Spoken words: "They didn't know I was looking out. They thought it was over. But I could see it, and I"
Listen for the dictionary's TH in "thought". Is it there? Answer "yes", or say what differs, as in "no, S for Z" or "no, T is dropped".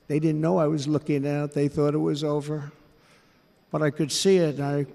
yes